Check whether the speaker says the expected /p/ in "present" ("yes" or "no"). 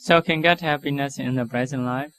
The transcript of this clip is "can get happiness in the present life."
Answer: no